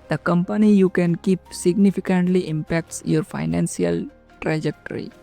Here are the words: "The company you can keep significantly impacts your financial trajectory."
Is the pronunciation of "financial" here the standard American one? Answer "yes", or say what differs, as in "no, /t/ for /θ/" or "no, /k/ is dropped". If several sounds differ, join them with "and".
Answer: no, /s/ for /ʃ/